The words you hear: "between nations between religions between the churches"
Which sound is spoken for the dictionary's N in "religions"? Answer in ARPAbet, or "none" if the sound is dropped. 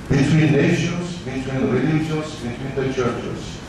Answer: L